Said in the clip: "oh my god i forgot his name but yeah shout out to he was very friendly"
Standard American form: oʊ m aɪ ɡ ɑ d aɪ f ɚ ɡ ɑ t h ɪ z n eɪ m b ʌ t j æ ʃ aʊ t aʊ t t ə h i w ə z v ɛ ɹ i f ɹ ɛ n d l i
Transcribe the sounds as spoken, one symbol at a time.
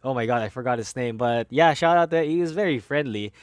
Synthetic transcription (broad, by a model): oʊ m aɪ ɡ ɑ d aɪ f ɚ ɡ ɑ t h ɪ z n eɪ m b ʌ t j æ ʃ aʊ t aʊ t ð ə h i w ə z v ɛ ɹ i f ɹ ɛ n d l i